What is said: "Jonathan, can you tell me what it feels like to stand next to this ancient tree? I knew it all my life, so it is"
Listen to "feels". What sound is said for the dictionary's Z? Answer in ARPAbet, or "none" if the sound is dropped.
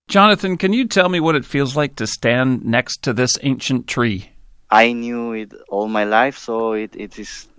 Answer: Z